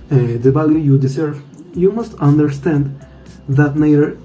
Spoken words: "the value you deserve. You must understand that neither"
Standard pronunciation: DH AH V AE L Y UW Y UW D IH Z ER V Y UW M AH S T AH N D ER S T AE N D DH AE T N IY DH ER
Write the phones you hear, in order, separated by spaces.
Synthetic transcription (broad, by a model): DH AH B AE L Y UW Y UW D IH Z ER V Y UW M AH S T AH N D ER S T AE N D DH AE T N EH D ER